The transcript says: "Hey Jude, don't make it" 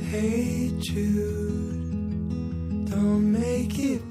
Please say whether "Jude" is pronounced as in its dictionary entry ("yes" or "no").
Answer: no